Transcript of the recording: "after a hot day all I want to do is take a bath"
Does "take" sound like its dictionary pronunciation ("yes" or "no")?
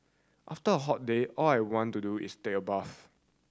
no